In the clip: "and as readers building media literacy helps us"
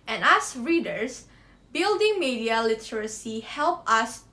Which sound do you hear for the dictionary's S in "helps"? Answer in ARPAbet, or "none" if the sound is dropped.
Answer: none